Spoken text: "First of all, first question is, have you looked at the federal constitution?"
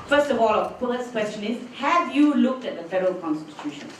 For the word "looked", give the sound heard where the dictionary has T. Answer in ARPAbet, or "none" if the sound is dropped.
T